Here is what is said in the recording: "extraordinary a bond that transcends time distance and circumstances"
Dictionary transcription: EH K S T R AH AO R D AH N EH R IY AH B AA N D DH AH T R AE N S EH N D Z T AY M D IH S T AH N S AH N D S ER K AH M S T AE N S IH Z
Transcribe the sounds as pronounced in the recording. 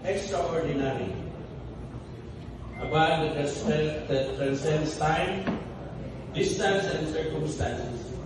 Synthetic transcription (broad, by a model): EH K S T R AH AO R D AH N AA R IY AH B AA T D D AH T R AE N S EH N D S T AY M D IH S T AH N S AH N D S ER K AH M S T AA N S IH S